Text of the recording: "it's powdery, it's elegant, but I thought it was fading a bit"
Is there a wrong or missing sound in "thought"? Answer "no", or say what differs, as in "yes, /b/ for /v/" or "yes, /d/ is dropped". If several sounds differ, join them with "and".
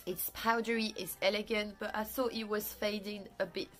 no